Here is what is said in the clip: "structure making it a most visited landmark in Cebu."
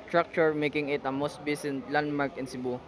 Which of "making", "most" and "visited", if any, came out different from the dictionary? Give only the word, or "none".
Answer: visited